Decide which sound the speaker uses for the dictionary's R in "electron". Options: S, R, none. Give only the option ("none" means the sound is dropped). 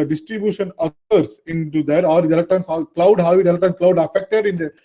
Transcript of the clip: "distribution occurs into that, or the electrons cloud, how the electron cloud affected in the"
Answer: none